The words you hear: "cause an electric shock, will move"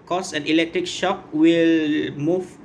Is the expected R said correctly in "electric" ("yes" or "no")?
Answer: yes